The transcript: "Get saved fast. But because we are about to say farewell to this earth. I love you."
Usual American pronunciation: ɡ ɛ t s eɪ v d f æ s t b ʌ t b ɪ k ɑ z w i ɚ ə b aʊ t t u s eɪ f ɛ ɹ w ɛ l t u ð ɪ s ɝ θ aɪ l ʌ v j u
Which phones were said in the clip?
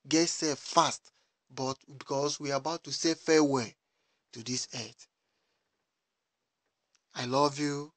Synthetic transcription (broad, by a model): ɡ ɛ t s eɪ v f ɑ s t b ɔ t b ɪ k ɑ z w i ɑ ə b aʊ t t u s eɪ f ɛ w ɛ t u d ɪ s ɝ t aɪ l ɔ v j u